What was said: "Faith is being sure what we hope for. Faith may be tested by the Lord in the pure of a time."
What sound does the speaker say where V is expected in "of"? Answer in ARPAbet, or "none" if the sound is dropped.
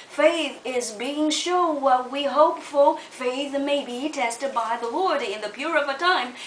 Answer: V